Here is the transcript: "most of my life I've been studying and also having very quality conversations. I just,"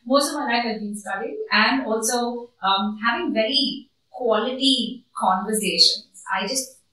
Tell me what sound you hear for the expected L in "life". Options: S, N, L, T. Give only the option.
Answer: N